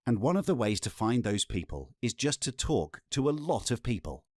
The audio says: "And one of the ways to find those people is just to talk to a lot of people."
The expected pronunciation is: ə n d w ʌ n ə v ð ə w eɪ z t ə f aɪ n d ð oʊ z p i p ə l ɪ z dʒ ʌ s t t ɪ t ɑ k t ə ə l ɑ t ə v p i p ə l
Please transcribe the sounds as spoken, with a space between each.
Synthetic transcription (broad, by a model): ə n w ʌ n ə v ð ə w eɪ z t ə f aɪ n ð oʊ z p i p ə l ɪ z dʒ ʌ s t t ɪ t ɑ k t ə ə l ɑ t ə v p i p ə l